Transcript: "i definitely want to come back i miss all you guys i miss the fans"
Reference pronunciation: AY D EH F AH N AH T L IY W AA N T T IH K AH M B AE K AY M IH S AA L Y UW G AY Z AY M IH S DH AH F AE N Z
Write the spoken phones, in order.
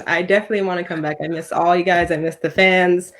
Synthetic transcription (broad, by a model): AY D EH F AH N AH T L IY W AA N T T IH K AH M B AE K AY M IH S AA L Y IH G AY Z AY M IH S DH AH F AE N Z